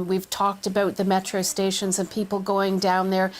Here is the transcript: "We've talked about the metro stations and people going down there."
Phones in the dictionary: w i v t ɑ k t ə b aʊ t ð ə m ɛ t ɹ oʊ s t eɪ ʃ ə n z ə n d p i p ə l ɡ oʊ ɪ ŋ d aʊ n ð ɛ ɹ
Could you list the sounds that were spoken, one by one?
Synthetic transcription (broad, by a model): w i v t ɑ k t ə b aʊ t ð ə m ɛ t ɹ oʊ s t eɪ ʃ ə n z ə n p i p l ɡ oʊ ɪ ŋ d aʊ n ð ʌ ɹ